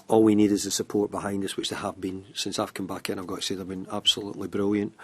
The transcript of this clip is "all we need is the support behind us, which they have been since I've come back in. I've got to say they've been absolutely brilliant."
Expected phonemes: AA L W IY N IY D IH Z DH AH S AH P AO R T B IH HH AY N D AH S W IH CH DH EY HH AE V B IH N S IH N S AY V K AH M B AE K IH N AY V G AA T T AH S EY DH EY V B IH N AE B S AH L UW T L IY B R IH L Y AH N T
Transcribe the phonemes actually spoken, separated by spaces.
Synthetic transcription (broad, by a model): AA L W IY N IY D IH Z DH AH S AH P AO R T B IH HH AY N D AH S W IH CH DH EY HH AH V B IH N S IH N S AY V K AH M B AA K IH N AY V G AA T T AH S EY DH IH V B IH N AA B S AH L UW T L IY B R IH L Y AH N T